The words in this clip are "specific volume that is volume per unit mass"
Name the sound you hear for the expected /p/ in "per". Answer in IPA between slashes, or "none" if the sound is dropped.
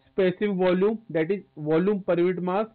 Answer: /p/